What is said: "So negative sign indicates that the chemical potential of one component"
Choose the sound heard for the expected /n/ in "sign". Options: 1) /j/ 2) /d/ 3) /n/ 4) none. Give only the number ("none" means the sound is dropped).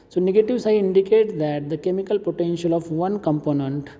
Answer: 4